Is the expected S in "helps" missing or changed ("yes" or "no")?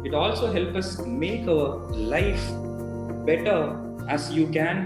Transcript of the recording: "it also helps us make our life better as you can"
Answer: yes